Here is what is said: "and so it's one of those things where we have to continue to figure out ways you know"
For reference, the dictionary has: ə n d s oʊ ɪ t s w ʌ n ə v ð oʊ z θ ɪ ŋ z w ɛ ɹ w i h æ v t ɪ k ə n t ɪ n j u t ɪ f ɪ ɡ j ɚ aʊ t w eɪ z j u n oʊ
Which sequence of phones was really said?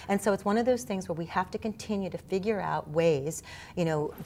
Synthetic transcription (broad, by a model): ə n s oʊ ɪ t s w ʌ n ə v ð oʊ z θ ɪ ŋ z w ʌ ɹ w i h æ f t ɪ k ə n t ɪ n j u t ɪ f ɪ ɡ j ɚ aʊ t w eɪ z j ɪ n oʊ